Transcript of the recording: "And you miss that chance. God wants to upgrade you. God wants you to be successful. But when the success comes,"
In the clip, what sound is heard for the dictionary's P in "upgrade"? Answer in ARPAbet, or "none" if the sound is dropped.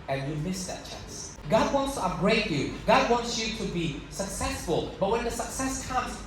none